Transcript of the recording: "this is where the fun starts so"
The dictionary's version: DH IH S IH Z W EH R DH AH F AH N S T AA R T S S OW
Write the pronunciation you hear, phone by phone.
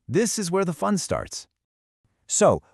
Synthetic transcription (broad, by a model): DH IH S IH Z W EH R DH AH F AH N S T AA R T S S OW